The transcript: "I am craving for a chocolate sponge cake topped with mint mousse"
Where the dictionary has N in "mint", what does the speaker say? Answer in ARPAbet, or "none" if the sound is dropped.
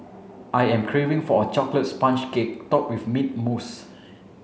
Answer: none